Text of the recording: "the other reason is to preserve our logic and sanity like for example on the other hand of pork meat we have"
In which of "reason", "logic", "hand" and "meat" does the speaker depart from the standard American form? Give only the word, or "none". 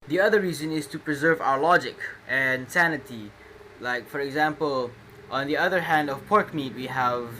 none